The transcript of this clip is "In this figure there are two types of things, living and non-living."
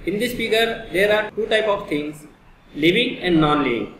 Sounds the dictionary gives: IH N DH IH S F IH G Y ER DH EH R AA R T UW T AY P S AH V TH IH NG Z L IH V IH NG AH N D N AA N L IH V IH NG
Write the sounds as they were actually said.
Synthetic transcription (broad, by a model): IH N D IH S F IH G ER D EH R AA R T UW T AY P AH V T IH NG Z L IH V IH NG AH N D N AA N L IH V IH NG